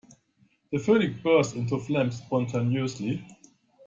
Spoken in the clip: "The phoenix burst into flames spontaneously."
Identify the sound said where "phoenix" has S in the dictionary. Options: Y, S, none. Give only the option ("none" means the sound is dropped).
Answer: none